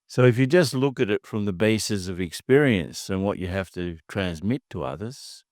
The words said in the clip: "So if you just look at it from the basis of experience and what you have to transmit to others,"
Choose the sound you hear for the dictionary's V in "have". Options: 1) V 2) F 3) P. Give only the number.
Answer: 2